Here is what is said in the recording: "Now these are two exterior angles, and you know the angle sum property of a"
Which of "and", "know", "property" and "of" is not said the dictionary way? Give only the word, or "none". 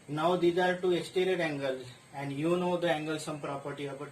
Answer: of